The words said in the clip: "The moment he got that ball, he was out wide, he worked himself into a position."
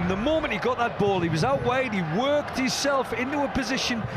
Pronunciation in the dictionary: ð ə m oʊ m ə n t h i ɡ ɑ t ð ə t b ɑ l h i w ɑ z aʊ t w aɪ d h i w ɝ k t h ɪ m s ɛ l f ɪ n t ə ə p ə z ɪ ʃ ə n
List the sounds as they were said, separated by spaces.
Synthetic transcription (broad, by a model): ð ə m oʊ m ə n t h i ɡ ɑ t ð ə t b ɑ l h i w ɑ z aʊ t w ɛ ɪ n i w ɝ k t h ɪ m s ɛ l f ɪ n t ə ə p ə z ɪ ʃ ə n